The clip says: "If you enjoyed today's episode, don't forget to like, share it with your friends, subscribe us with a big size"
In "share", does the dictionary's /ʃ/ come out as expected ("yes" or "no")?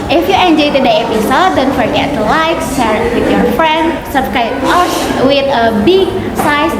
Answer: no